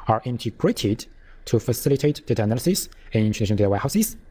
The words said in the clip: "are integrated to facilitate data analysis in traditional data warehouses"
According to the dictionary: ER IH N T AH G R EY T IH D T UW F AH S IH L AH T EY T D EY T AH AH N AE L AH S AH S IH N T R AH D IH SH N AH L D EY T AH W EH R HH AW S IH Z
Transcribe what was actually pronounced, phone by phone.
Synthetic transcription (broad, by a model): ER IH N T AH G R EY T IH D T UW F AH S IH L AH T EY T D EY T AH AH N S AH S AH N IH N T AH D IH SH AH N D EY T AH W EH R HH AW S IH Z